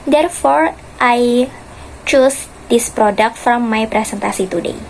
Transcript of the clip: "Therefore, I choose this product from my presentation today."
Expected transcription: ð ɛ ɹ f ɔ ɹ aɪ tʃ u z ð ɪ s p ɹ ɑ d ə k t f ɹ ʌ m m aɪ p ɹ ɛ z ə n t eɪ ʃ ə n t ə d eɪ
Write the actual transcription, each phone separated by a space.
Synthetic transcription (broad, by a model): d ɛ ɹ f ɔ ɹ aɪ tʃ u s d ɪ s p ɹ ɑ d ə k t f ɹ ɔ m m aɪ p ɹ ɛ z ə n t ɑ s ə t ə d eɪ